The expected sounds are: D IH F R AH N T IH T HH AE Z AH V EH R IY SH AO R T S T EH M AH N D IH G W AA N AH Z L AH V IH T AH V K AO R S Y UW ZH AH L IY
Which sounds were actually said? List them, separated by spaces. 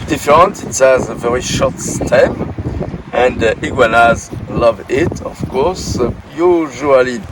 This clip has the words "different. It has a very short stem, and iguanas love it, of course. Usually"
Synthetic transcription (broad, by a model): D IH F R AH N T IH T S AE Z AH V EH R IY SH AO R T S T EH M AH N D IH G W AA N AH Z L AH V IH T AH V K AO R S Y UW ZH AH L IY